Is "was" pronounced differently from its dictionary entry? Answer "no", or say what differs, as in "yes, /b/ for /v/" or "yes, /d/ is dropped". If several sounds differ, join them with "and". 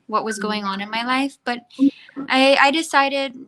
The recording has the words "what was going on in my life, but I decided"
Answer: no